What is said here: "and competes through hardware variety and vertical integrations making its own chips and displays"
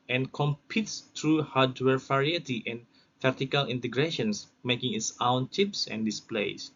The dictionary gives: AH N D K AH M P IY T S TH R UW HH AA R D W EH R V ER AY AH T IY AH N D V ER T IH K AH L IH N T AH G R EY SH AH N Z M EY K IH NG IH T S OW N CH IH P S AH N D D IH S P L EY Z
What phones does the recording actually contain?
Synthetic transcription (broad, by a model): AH N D K AH M P IY T S T R UW HH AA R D W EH R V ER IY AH T IY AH N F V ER T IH K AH L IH N T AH G R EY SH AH N S M EY K IH NG IH T S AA N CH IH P S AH N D D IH S P L EY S